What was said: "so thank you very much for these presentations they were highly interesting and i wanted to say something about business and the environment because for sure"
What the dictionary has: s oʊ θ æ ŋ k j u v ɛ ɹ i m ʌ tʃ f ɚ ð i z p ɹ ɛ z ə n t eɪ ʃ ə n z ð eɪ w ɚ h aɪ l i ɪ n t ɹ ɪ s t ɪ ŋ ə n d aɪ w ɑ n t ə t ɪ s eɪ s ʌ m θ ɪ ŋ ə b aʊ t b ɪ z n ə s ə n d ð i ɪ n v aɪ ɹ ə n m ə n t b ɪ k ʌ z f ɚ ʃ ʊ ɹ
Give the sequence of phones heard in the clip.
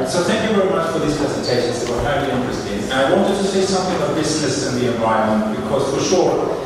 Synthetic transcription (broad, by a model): s oʊ θ æ ŋ k j u v ɛ ɹ i m ʌ tʃ f ɚ ð i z p ɹ ɛ z ə n t eɪ ʃ ə n z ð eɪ w ɚ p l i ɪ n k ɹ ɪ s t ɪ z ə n aɪ w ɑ n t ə t ɪ s eɪ s ʌ m θ ɪ ŋ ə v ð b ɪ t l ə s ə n ð i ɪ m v aɪ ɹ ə m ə n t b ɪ k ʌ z f ɚ ʃ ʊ ɹ